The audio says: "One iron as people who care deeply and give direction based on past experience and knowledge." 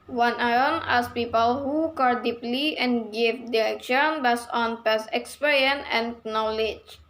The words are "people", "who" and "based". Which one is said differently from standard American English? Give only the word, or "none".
based